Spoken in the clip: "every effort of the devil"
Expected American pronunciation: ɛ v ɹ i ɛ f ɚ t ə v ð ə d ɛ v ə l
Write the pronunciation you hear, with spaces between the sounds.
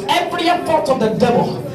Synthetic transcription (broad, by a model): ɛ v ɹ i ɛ p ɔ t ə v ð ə d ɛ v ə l